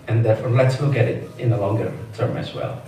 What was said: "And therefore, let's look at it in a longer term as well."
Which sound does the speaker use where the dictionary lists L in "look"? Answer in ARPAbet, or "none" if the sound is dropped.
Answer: W